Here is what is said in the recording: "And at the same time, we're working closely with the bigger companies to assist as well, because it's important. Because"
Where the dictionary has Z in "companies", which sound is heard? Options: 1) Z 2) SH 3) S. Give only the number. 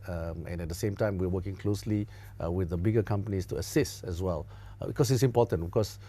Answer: 3